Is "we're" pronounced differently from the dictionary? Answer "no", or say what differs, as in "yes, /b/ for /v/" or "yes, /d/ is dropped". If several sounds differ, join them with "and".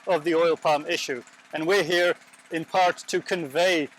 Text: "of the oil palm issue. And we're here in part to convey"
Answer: no